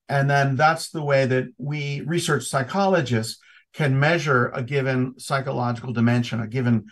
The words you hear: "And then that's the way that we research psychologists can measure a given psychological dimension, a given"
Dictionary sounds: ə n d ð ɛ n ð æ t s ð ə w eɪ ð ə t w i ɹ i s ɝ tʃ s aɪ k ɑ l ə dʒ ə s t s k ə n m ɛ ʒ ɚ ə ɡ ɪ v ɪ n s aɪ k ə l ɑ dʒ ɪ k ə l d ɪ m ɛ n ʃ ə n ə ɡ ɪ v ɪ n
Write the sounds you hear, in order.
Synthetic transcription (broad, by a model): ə n ð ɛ n ð æ t s ð ə w eɪ ð ə t w i ɹ i s ɝ tʃ s aɪ k ɑ l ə dʒ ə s s k ə n m ɛ ʒ ɚ ə ɡ ɪ v ɪ n s aɪ k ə l ɑ dʒ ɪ k l d ɪ m ɛ n ʃ ə n ə ɡ ɪ v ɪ n